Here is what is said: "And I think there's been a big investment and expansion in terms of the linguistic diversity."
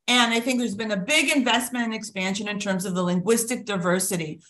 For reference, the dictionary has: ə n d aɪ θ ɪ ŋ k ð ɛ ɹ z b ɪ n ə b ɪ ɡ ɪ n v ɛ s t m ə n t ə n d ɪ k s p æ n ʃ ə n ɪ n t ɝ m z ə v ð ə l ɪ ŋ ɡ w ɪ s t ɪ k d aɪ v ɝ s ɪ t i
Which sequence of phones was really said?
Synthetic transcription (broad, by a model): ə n aɪ θ ɪ ŋ k ð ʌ ɹ z b ɪ n ə b ɪ ɡ ɪ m v ɛ s t m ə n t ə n ɪ k s p æ n ʃ ə n ɪ n t ɝ m z ə v ð ə l ɪ ŋ ɡ w ɪ s t ɪ k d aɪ v ɝ s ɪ t i